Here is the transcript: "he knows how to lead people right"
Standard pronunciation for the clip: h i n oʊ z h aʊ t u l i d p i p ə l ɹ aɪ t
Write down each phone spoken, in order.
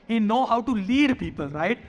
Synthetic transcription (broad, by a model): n n oʊ h aʊ t u l i d p i p ə l ɹ aɪ t